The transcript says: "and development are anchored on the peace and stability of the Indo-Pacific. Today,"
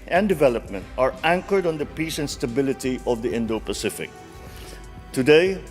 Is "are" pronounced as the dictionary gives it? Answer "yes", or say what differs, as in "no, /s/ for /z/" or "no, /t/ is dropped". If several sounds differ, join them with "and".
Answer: yes